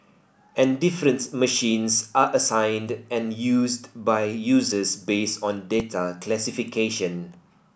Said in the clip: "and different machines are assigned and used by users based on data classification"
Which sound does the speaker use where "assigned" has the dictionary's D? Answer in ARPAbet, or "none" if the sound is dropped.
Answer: D